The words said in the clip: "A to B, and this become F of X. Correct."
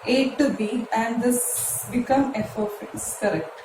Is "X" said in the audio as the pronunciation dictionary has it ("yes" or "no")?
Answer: no